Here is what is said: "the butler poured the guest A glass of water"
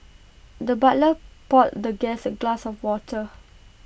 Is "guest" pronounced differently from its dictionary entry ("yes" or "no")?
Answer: yes